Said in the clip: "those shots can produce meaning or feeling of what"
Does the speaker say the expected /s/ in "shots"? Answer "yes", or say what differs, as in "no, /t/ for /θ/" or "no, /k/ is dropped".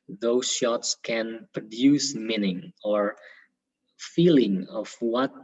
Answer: yes